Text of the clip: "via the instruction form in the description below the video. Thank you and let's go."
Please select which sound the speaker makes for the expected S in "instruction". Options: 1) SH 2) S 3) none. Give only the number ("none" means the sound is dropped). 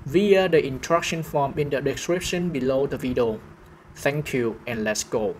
3